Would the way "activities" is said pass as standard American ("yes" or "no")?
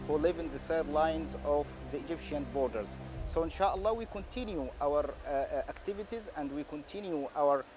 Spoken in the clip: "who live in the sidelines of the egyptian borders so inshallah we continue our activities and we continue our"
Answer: yes